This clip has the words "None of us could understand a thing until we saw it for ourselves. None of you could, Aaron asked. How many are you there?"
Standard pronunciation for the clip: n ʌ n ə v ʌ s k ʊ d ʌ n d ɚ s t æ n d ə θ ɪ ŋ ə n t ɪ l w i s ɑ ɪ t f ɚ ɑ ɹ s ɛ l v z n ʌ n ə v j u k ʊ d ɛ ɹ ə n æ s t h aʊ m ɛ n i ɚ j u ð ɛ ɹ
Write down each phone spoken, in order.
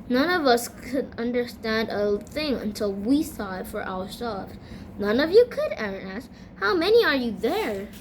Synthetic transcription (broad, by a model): n ʌ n ə v ʌ s k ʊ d ʌ n d ɚ s t æ n d ə θ ɪ ŋ ə n t ɪ l w i s ɑ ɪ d f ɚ ɑ ɹ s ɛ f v n ʌ n ə v j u k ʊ d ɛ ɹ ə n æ s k h aʊ m ɛ n i ɚ j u ð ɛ ɹ